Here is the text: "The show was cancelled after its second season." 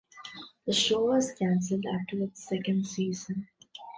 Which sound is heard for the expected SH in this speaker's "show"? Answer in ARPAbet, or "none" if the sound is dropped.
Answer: SH